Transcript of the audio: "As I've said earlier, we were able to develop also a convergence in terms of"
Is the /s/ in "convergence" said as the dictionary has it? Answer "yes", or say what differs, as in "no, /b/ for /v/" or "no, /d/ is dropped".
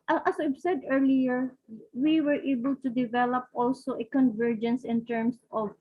yes